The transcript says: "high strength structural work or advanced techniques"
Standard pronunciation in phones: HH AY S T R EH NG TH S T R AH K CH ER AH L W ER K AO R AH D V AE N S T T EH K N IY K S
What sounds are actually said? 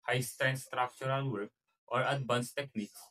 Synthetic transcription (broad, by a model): HH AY S T AA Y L S T R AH K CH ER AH L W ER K AO R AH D B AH N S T T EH K N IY K S